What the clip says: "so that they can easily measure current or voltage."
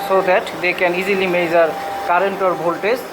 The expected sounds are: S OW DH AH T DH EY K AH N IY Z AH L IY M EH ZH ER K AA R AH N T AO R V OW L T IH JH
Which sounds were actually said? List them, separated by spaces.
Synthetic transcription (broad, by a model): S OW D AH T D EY K AH N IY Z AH L IY M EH Z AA K AA R AH N T AO R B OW L T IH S